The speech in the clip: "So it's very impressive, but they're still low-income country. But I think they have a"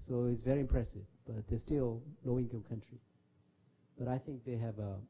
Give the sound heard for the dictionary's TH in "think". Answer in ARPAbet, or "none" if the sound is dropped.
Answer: TH